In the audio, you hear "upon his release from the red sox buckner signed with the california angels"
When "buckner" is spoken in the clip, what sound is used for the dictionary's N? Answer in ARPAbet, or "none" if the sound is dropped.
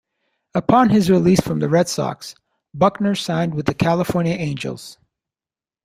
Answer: N